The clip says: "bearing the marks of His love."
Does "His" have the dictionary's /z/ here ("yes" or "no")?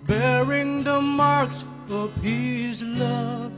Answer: yes